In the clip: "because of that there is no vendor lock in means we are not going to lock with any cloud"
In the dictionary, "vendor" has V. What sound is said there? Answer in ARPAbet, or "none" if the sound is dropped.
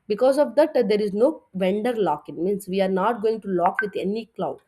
V